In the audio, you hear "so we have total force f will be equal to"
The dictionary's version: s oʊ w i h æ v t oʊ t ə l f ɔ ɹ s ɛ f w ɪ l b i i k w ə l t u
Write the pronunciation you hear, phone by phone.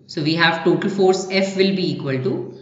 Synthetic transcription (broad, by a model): s oʊ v i h æ v t oʊ t ə l f ɔ ɹ s ɛ f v ɪ l b i i k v ə l t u